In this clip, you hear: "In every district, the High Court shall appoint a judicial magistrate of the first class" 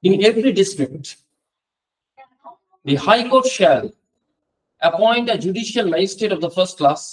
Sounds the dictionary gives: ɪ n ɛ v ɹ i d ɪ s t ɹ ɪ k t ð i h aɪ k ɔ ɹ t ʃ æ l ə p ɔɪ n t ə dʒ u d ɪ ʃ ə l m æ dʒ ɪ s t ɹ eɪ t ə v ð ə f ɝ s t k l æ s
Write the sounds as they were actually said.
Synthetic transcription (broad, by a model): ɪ n ɛ v ɹ i d ɪ s t ɹ ɪ k t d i h aɪ k ɔ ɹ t ʃ æ l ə p ɔɪ n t ə dʒ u d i ʃ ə l m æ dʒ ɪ s t eɪ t ə v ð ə f ɝ s t k l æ s